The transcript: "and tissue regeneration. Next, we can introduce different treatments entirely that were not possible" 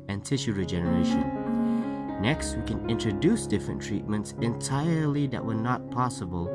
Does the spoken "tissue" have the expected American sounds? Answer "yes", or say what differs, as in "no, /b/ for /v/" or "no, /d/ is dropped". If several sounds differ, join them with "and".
yes